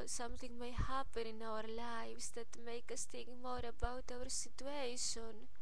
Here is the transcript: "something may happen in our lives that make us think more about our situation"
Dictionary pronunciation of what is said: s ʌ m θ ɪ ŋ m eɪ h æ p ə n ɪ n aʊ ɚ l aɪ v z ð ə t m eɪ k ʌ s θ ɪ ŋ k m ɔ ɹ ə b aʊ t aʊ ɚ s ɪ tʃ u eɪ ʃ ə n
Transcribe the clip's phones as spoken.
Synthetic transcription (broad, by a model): s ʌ m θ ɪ ŋ m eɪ h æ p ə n ɪ n aʊ ɚ l aɪ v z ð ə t m eɪ k ʌ s t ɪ k m ɔ ɹ ə b aʊ t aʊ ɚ s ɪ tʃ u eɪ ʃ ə n